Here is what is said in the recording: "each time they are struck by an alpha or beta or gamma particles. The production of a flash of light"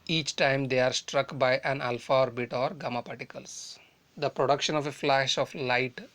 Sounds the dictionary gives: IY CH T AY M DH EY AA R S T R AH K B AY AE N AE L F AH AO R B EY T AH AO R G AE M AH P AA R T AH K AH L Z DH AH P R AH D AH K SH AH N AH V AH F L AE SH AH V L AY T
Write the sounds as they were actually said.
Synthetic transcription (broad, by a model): IY CH T AY M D EY AA R S T R AH K B AY AE N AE L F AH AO R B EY T AO R G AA M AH P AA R T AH K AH L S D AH P R AH D AH K SH AH N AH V AH F L AE SH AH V L AY T